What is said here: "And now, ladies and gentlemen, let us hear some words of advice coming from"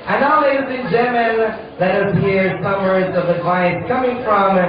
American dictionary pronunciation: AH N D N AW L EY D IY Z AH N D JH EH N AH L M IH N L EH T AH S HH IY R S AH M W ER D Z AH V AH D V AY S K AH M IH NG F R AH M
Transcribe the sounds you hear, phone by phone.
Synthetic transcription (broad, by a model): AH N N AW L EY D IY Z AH N JH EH M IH N L EH T AH S HH IY R S AH M ER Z AH V AH D V AY S K AH M IH NG F R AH M